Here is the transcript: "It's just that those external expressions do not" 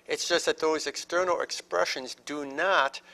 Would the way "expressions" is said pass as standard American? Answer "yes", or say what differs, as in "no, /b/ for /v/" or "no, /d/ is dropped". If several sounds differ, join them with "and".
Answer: yes